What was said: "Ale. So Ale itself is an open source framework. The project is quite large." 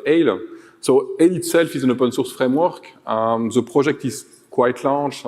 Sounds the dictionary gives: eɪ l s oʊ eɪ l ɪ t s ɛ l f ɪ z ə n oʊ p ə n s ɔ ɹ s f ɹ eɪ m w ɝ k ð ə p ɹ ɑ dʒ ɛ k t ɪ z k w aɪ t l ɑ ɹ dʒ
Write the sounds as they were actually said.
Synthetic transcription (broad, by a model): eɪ l s oʊ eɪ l ɪ t s ɛ l f ɪ z ə n oʊ p ə n s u ɹ s f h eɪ m w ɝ k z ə p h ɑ ʒ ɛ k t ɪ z k w aɪ t l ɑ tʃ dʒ